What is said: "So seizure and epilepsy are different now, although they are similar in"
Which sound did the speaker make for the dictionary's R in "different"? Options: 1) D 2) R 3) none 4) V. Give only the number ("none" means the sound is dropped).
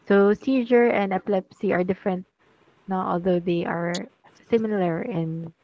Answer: 2